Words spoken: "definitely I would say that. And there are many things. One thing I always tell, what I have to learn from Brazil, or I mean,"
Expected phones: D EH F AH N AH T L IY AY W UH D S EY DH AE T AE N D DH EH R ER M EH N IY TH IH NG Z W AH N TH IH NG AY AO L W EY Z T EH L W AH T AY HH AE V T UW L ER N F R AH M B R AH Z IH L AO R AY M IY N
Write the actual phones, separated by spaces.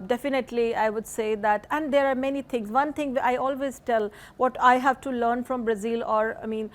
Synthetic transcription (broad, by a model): D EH F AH N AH T L IY AY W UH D S EY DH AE T AE N D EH R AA M EH N IY T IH NG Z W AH N T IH NG AY AO L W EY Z T EH L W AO T AY HH AE V T UW L ER N F R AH M B R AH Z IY L AO R AY M IY N